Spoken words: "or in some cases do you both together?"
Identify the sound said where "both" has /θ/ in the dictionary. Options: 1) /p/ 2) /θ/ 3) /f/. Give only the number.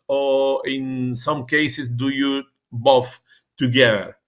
3